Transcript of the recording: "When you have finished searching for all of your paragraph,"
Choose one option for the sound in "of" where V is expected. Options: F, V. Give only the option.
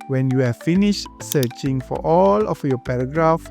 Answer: F